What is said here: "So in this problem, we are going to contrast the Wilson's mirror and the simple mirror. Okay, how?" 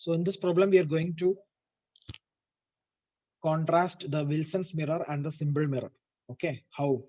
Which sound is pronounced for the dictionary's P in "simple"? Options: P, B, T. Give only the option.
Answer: B